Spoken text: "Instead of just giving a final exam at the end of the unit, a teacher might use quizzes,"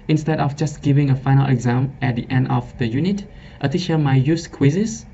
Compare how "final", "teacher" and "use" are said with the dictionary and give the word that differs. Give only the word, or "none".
teacher